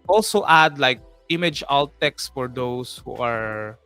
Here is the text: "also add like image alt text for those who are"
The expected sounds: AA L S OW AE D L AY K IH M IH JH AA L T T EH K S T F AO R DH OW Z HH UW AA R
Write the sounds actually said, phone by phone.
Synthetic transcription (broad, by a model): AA L S OW AE D L AY K IH M IH JH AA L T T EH K S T F AO R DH OW S HH UW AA R